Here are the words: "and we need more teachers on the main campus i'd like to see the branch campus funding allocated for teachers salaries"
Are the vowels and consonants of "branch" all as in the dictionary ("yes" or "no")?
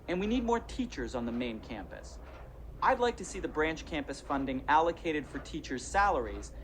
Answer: yes